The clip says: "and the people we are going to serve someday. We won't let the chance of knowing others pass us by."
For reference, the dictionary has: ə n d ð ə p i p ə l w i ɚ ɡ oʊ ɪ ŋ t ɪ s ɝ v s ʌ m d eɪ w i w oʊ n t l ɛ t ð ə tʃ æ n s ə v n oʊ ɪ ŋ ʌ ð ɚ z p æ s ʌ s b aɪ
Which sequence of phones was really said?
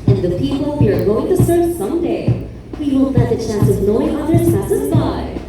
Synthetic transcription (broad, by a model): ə n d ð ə p i p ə l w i ɚ ɡ oʊ ɪ ŋ t ɪ s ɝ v s ʌ m d eɪ w i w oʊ l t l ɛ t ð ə tʃ æ n s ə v n oʊ ɪ ŋ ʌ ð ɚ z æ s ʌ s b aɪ